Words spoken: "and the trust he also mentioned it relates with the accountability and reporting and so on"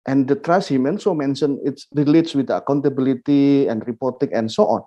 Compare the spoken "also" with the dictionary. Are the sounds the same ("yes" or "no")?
no